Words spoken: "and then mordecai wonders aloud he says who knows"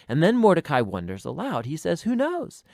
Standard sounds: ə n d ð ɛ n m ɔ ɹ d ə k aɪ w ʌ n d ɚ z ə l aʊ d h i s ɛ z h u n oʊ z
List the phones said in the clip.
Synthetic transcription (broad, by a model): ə n ð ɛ n m ɔ ɹ d ə k aɪ w ʌ n d ɚ z ə l aʊ d h i s ɛ z h u n oʊ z